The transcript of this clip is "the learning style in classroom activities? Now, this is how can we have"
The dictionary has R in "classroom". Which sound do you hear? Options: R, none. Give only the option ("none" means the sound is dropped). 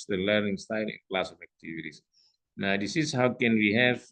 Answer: none